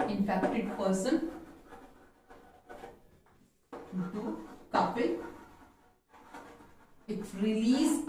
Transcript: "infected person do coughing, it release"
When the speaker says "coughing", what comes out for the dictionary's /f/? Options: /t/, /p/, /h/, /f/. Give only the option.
/p/